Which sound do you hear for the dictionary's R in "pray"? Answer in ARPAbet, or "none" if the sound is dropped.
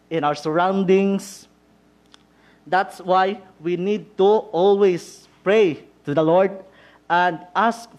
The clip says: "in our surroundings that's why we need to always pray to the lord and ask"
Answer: R